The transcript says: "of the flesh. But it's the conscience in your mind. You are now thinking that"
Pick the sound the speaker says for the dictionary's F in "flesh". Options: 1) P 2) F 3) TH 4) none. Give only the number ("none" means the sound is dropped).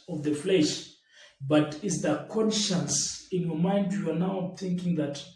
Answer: 2